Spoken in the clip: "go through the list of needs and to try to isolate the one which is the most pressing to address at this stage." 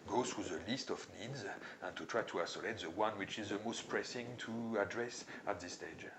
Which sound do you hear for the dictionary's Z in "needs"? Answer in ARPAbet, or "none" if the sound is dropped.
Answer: Z